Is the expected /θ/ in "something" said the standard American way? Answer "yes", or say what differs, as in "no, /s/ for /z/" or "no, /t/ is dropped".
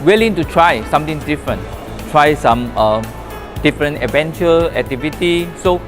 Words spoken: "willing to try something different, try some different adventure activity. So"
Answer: no, /t/ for /θ/